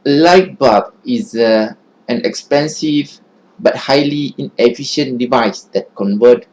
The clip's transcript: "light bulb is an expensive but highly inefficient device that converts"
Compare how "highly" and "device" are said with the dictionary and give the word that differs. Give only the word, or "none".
none